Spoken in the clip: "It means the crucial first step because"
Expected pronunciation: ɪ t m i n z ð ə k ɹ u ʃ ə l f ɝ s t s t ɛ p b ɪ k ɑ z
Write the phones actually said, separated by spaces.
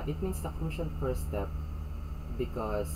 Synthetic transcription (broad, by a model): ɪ t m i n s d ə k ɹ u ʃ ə n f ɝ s s t ɛ p b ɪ k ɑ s